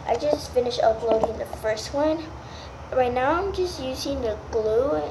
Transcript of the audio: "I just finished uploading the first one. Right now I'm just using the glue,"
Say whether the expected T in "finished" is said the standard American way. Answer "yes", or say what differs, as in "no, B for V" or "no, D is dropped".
no, T is dropped